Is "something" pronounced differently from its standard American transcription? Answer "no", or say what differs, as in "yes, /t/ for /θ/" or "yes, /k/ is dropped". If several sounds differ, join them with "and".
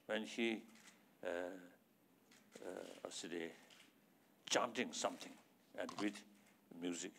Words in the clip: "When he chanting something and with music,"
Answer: yes, /t/ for /θ/